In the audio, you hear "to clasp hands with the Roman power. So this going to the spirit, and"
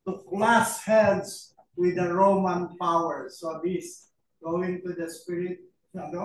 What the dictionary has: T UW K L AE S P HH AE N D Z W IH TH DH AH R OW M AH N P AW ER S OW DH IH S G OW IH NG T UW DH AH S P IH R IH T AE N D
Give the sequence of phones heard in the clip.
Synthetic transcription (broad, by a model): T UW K L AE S HH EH L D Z W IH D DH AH R OW M AH N P AW ER S OW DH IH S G OW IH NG T UW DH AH S P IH R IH T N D